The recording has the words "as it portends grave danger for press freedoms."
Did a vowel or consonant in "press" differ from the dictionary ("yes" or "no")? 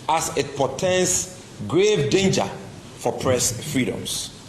no